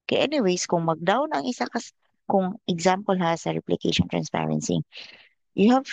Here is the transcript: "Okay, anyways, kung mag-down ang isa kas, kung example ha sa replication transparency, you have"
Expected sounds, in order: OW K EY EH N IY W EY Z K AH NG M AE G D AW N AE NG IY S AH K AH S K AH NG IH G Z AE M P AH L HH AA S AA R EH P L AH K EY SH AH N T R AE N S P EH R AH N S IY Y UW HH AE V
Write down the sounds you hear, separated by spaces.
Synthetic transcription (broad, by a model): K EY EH N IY W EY S K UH NG M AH G D AW N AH NG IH S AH K AH S K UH NG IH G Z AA M P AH L HH AA S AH R EH P L AH K EY SH AH N T R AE N S P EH R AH N S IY Y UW HH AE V